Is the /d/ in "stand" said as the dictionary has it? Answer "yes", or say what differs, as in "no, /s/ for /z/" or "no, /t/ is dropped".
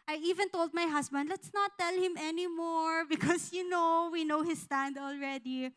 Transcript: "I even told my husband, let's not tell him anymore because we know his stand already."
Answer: yes